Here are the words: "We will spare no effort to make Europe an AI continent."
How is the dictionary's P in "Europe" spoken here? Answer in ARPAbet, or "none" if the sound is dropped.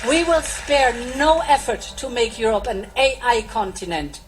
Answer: P